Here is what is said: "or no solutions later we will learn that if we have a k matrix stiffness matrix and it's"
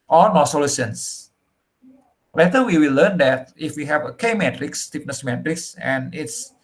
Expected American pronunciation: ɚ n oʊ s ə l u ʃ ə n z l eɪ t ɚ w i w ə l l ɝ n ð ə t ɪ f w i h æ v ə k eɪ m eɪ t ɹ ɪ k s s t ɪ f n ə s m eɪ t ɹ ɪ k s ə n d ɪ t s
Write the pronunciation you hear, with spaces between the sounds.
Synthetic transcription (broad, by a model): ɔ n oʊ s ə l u s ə n s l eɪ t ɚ w i w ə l l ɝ n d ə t ɪ f w i h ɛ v ə k eɪ m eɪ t ɹ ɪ k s s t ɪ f n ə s m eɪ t ɹ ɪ k s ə n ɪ t s